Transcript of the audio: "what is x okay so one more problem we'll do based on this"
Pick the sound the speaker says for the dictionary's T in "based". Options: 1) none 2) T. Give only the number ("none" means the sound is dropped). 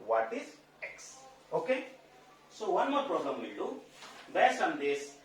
1